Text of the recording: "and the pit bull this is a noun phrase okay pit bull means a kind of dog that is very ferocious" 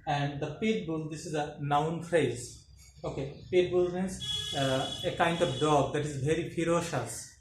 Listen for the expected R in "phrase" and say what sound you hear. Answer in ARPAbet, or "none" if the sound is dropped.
R